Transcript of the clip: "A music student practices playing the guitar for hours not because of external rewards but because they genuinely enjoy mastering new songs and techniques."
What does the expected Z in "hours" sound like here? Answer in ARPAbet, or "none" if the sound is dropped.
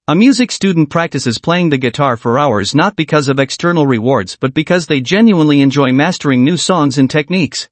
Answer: Z